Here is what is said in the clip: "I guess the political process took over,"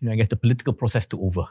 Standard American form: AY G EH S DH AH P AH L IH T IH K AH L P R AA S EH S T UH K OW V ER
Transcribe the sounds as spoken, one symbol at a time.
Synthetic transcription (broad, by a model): AY G EH S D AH P AH L IH T IH K AH L P R AA S EH S T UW OW V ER